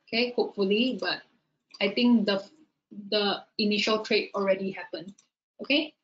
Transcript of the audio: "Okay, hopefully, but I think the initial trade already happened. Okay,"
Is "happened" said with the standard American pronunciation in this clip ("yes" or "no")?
no